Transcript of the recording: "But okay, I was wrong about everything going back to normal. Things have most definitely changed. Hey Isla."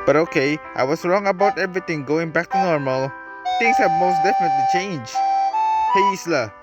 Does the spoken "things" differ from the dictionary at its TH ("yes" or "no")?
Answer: yes